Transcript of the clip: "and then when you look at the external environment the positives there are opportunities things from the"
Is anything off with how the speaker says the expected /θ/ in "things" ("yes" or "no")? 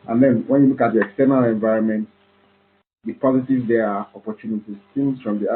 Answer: yes